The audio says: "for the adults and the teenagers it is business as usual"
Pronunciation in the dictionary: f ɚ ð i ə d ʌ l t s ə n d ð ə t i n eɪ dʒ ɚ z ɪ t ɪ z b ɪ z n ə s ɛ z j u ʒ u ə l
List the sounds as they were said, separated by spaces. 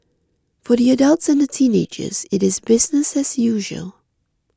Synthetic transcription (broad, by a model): f ɚ ð i ə d ʌ l t s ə n ð ə t i n eɪ dʒ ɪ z ɪ t ɪ z b ɪ z n ə s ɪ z j u ʒ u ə l